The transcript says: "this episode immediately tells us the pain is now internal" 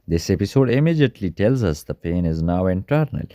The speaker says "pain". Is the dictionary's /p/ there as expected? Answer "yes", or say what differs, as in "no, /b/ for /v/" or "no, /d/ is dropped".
yes